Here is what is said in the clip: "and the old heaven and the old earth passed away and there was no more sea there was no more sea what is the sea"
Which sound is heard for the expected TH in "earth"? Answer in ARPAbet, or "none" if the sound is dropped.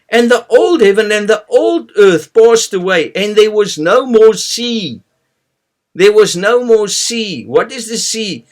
TH